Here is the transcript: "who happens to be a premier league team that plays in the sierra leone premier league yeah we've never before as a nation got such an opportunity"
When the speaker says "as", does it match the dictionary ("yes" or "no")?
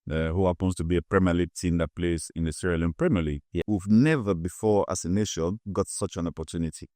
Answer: no